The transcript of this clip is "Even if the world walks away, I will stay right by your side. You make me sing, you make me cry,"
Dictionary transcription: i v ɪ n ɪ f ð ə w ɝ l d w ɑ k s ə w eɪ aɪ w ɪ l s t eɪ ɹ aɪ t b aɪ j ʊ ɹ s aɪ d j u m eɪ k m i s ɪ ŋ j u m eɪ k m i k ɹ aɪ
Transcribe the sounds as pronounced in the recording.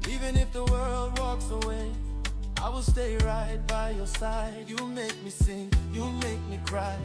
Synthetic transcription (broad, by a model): i v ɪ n ɪ f ð ə w ɝ l d w ɑ k s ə w eɪ aɪ w ɪ l s t eɪ ɹ aɪ t b aɪ j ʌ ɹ s aɪ d j u m eɪ k m i s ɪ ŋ j u m eɪ k m i k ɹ aɪ